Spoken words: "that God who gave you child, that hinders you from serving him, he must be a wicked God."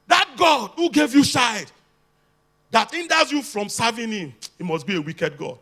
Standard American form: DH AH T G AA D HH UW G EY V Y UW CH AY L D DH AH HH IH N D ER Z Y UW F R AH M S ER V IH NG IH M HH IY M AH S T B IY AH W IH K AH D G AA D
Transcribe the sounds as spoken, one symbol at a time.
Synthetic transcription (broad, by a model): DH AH T G AA D HH UW G EY V Y UW SH AY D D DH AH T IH N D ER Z Y UW F R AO M S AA V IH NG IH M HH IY M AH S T B IY AH W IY K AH D G AA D